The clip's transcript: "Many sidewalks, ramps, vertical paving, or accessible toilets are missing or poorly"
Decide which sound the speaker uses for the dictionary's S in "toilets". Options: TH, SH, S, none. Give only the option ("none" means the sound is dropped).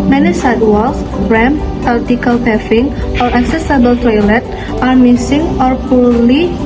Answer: none